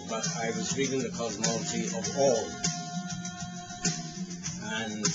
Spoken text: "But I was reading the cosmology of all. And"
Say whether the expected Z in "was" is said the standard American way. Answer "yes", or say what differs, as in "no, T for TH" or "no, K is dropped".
yes